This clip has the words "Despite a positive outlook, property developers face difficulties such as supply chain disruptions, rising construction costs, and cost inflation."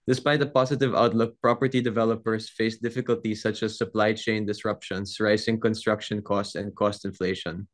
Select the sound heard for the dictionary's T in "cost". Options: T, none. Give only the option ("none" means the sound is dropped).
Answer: T